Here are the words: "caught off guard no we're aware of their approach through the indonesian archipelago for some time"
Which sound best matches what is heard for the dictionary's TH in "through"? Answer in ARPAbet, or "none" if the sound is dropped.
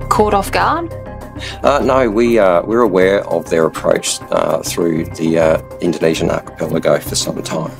TH